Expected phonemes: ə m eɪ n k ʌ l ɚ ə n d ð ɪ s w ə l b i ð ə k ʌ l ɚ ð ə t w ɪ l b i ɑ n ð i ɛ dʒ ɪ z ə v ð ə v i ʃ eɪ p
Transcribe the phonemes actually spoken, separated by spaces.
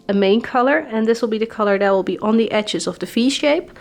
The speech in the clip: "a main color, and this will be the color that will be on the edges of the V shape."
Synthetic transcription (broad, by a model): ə m eɪ n k ʌ l ɚ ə n ð ɪ s w ə l b i ð ə k ʌ l ɚ ð ə t w ɪ l b i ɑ n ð i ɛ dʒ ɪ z ə v ð ə f i ʃ eɪ p